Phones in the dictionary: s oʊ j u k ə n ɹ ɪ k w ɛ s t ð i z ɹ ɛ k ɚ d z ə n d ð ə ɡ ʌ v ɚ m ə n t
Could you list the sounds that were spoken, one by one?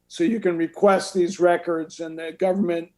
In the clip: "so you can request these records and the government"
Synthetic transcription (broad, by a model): s oʊ j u k ə n ɹ ɪ k w ɛ s t ð i z ɹ ɛ k ɚ d z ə n ð ə ɡ ʌ v ɚ m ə n t